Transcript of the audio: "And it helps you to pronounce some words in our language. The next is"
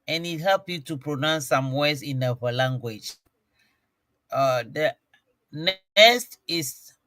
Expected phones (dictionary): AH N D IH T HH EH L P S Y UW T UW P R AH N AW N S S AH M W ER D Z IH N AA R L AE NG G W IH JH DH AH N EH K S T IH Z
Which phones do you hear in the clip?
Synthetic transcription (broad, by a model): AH N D IH T HH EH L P Y UW T UW P R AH N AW N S S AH M W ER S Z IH N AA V L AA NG G W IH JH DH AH N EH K S T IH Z